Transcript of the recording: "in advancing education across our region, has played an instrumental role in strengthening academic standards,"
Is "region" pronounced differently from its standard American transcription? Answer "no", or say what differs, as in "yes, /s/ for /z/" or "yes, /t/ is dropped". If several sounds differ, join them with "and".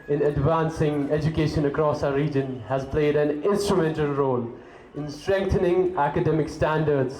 no